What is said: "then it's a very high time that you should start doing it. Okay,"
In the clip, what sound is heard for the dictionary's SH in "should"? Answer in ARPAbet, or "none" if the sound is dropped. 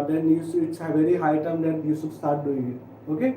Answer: S